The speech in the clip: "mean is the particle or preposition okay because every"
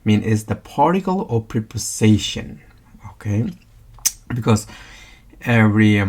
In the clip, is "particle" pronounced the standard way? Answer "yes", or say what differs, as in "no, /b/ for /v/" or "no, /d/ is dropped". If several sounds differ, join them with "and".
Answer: yes